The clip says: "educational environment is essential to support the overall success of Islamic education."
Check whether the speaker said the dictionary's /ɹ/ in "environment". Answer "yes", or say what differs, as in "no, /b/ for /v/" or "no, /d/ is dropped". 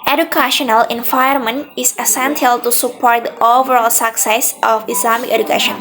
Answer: no, /ɹ/ is dropped